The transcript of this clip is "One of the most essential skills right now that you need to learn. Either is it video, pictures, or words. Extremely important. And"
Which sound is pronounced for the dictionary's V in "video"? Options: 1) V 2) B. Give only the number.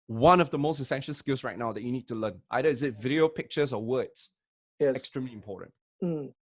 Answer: 1